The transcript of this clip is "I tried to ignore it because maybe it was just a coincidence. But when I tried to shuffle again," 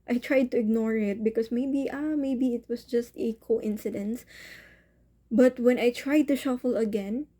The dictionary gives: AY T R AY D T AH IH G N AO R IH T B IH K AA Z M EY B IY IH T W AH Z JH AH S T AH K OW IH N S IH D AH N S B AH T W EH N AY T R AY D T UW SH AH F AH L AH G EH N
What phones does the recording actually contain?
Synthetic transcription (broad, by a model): AY T R AY D T AH IH G N AO R IH T B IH K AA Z M EY B IY IH T W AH S JH AH S T AH K OW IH N S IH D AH N S B AH T W EH N AY T R AY D T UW SH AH F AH L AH G EH N